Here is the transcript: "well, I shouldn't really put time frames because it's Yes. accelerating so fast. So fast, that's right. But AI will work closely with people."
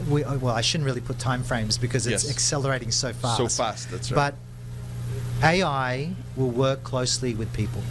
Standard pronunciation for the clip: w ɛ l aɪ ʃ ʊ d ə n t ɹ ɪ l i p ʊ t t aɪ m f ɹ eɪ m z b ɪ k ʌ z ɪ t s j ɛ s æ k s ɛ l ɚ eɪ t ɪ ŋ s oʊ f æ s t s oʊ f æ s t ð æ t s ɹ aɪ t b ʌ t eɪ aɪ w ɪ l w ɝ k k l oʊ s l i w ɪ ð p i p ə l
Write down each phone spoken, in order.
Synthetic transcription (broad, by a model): w ɛ l aɪ ʃ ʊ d n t ɹ ɪ l i p ʊ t t aɪ m f ɹ eɪ m z b ɪ k ʌ z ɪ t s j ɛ s æ k s ɛ l ɚ eɪ t ɪ ŋ s oʊ f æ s s oʊ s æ s t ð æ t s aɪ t b ʌ t eɪ aɪ w ɪ l w ɝ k k l oʊ s l i w ɪ ð p i p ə l